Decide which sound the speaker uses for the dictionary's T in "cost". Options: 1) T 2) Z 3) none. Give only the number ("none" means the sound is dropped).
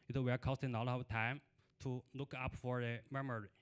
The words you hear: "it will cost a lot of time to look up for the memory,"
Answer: 1